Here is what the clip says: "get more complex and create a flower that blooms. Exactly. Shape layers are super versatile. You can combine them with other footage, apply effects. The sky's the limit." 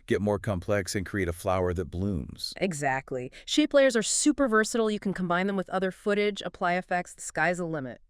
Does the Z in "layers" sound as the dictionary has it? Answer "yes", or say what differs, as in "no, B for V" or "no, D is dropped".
yes